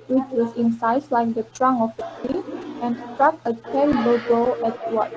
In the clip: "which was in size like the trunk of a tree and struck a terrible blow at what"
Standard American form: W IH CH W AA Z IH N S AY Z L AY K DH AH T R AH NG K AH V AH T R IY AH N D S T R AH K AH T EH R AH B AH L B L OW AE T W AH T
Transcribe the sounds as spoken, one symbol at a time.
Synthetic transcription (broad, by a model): W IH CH W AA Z IH N S AY S L AY K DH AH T R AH NG AH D AH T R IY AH N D S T R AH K AH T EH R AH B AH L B OW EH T W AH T